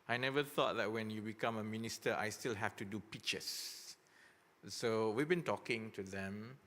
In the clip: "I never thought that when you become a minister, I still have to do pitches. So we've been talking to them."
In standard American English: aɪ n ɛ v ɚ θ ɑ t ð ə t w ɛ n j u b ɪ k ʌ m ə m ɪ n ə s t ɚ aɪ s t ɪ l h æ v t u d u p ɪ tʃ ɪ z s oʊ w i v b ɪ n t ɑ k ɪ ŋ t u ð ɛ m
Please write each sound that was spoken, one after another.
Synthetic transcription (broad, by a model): aɪ n ɛ v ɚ θ ɑ t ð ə t w ɛ n j u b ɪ k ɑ m ə m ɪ n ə s t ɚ aɪ s t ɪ l h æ f t u d u p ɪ tʃ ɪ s s oʊ w i v b ɪ n t ɑ k ɪ ŋ t u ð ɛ m